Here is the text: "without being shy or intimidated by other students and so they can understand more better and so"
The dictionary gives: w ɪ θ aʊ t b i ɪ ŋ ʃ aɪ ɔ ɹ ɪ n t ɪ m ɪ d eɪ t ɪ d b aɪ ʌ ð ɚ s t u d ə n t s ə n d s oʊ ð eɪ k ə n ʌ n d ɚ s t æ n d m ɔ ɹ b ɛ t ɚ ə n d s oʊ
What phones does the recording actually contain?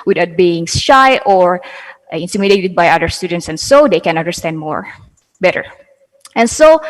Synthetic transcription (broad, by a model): w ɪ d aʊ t b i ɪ ŋ ʃ aɪ ɔ ɹ ɪ n t ɪ m ɪ d eɪ t ɪ d b aɪ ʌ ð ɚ s t u d ə n t s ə n s oʊ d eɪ k ə n ʌ n d ɚ s t æ n d m ɔ ɹ b ɛ t ɚ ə n s oʊ